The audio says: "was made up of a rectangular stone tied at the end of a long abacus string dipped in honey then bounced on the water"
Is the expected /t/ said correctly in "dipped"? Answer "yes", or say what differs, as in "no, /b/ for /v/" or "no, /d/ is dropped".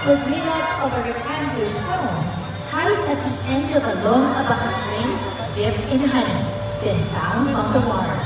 no, /t/ is dropped